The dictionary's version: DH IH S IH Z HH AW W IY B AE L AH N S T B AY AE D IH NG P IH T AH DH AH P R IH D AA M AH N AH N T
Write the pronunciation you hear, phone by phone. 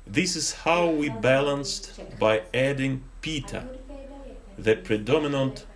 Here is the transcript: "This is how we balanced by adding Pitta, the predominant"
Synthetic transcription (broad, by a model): DH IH S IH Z HH AW W IY B AE L AH N S T B AY AE D IH NG P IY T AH DH AH P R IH D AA M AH N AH N T